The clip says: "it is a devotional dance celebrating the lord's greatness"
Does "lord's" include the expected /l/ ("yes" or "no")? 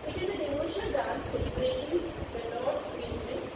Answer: no